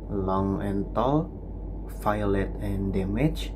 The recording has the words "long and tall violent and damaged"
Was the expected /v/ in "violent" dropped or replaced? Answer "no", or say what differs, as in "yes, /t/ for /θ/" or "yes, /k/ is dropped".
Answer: yes, /f/ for /v/